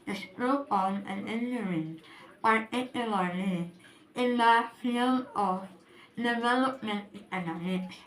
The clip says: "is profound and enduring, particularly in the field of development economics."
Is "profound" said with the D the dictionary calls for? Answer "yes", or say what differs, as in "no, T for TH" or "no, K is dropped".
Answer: no, D is dropped